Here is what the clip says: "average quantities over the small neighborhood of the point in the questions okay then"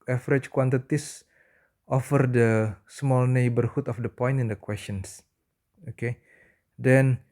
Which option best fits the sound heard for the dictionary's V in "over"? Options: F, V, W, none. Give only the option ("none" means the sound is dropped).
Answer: F